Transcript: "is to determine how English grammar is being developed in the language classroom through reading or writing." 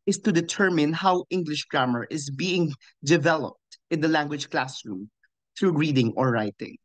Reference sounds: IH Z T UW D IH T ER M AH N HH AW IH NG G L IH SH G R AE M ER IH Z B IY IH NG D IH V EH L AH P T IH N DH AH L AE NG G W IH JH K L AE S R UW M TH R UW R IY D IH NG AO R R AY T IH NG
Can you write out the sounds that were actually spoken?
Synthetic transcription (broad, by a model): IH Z T UW D IH T ER M AH N HH AW IH NG G L IH SH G R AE M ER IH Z B IY IH NG D IH V EH L AH P T IH N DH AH L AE NG G W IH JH K L AE S R UW M TH R UW R IY D IH NG AO R R AY T IH NG